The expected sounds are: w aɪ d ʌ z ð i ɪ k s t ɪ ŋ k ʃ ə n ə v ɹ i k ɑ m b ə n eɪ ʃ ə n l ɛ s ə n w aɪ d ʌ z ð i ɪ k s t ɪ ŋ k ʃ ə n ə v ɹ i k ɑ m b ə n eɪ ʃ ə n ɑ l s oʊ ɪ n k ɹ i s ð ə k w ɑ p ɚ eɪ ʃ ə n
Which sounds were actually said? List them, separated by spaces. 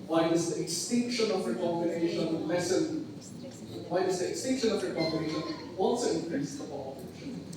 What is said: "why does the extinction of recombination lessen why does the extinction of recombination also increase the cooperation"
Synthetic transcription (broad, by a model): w aɪ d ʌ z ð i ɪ k s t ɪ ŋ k ʃ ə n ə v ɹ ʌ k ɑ m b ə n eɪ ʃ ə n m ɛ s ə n w aɪ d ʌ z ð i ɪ k s t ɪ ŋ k ʃ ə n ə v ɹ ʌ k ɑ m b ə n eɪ ʃ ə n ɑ n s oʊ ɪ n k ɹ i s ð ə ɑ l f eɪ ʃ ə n